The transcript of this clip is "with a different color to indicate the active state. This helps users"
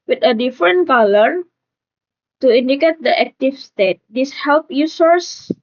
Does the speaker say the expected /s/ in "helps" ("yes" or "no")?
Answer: no